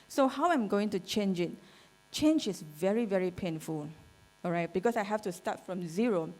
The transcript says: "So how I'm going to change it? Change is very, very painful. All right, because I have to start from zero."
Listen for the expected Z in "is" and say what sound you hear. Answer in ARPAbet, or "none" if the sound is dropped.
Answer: S